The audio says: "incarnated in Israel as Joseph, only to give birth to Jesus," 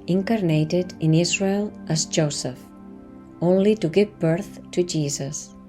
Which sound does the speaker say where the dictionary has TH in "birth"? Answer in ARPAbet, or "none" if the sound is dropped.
TH